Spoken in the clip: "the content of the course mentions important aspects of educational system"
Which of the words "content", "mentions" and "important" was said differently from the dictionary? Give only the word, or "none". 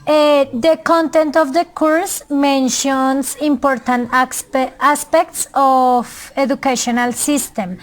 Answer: mentions